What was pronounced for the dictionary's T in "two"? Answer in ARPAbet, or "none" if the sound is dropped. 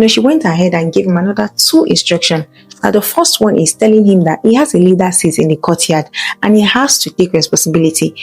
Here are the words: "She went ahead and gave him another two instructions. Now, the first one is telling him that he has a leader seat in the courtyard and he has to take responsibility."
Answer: T